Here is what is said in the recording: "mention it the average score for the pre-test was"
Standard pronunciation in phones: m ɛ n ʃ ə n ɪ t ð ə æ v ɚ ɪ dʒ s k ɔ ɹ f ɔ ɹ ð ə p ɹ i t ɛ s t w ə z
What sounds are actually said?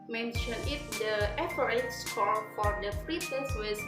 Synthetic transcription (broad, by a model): m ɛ n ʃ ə n ɪ t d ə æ p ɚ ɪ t s k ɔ l f ɔ ɹ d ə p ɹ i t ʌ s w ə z